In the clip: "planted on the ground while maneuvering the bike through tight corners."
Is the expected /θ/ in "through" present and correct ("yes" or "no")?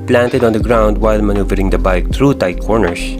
no